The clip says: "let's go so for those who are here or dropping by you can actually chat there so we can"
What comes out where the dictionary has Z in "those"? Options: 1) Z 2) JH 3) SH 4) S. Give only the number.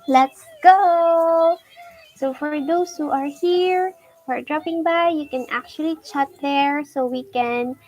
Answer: 4